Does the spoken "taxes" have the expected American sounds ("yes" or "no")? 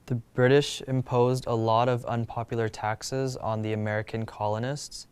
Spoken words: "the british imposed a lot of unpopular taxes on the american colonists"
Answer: yes